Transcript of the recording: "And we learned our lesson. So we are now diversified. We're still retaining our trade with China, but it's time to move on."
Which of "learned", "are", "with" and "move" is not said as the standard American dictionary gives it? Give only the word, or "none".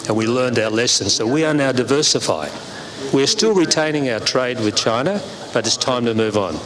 none